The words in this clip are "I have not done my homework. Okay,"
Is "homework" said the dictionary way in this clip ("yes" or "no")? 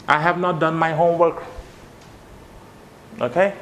yes